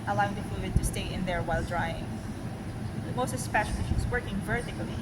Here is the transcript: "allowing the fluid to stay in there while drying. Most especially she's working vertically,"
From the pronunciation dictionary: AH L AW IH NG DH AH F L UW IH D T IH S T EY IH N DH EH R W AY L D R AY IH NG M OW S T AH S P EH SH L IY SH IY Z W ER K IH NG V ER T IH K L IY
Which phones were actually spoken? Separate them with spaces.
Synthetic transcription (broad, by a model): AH L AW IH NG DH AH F UW D T IH S T EY IH N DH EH R W AY L D R AY IH NG M OW S T AH S P EH SH L IY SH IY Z W ER K IH NG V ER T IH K L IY